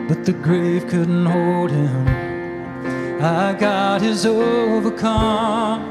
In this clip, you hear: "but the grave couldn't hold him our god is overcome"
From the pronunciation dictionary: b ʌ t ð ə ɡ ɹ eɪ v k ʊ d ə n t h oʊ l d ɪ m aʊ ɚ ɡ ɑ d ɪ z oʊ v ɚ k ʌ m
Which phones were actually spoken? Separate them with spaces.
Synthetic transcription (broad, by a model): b ʌ t ð ə ɡ ɹ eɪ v k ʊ d n t h oʊ l d ɪ m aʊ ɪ ɡ ɑ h ɪ z oʊ v ɚ k ʌ m